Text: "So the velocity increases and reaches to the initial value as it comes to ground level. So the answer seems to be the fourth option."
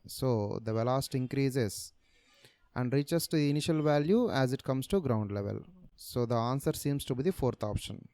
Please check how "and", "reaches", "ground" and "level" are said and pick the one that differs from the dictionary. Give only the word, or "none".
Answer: reaches